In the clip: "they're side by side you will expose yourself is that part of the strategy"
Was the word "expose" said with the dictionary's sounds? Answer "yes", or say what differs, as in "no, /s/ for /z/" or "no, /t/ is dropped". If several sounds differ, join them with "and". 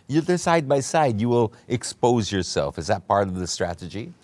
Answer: yes